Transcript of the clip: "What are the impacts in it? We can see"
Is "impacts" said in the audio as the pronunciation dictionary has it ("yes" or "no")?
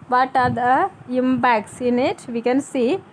no